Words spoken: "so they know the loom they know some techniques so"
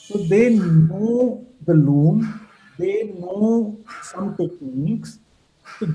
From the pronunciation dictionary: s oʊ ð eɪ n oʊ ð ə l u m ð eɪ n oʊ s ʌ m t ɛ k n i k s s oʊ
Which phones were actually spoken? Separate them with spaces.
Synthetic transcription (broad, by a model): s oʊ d eɪ n oʊ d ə l u m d eɪ n oʊ s ʌ m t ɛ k i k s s